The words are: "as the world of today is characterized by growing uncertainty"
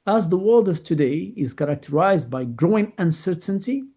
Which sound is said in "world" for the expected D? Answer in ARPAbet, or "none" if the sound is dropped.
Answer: D